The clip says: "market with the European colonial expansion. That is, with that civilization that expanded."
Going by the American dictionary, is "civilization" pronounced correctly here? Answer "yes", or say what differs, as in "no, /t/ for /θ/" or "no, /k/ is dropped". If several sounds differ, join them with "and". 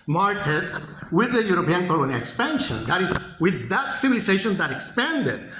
no, /s/ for /z/